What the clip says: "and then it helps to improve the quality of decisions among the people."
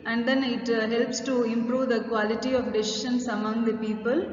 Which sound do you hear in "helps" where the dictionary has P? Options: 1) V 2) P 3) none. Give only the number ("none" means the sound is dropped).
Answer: 2